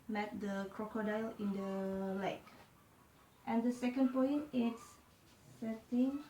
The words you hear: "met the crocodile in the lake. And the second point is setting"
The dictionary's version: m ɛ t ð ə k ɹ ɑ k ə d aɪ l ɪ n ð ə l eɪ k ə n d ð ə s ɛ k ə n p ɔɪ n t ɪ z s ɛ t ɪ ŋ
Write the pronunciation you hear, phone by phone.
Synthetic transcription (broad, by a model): m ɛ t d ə k ɹ ɑ k ə d aɪ l ɪ n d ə l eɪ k ə n d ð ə s ɛ k ə n p ɔɪ n t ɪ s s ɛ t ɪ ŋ